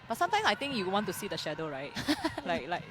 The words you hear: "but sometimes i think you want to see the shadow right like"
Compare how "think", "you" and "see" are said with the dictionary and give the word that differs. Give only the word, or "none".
think